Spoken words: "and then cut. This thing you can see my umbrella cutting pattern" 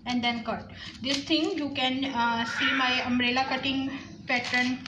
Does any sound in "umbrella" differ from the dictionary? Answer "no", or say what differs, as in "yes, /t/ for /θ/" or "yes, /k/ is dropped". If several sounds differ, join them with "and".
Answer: yes, /b/ is dropped